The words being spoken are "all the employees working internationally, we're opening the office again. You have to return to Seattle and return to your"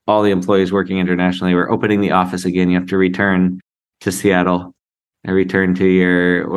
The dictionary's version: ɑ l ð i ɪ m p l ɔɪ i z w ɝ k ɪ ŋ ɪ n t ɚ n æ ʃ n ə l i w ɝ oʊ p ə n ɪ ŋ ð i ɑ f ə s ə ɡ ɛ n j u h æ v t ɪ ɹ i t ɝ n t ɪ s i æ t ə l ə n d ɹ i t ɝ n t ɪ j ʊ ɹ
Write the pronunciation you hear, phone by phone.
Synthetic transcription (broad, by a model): ɑ l ð i ɪ m p l ɔɪ i z w ɝ k ɪ ŋ ɪ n t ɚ n æ ʃ n l i w ɝ oʊ p ə n ɪ ŋ ð i ɑ f ə s ə ɡ ɛ n j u h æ f t ɪ ɹ i t ɝ n t ɪ s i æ t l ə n ɹ i t ɝ n t ɪ j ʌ ɹ